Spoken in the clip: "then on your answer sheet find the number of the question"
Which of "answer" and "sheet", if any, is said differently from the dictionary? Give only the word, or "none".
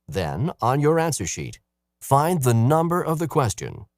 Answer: none